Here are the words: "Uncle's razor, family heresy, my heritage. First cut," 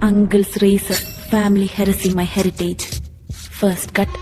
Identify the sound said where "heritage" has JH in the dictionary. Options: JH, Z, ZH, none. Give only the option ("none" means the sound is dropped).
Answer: JH